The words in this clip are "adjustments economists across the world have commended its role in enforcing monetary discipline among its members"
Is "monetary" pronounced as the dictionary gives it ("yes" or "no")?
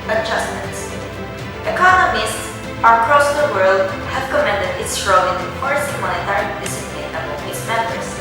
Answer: no